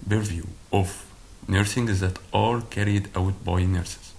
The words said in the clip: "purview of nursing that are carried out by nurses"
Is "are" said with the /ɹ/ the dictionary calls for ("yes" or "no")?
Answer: no